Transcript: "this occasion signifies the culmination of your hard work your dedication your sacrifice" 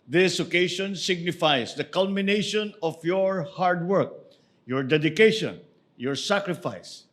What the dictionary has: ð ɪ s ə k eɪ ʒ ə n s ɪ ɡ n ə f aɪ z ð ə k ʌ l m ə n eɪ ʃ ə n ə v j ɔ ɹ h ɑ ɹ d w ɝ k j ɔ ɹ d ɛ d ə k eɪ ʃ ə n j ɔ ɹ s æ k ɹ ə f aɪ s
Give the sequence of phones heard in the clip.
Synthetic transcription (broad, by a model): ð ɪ s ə k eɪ ʃ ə n s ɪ ɡ n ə f aɪ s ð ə k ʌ l m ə n eɪ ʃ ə n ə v j ɔ ɹ h ɑ ɹ d w ɝ k j ɔ ɹ d ɛ d ə k eɪ ʃ ə n j ɔ ɹ s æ k ɹ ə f aɪ s